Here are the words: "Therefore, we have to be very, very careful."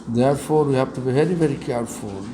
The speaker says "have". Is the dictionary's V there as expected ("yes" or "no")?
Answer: no